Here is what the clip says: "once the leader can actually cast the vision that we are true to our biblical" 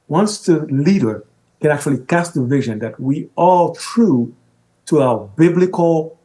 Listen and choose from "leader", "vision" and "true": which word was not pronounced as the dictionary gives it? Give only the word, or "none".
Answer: none